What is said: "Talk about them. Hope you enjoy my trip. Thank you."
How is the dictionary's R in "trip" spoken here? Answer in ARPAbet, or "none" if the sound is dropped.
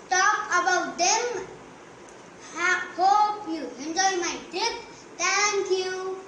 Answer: none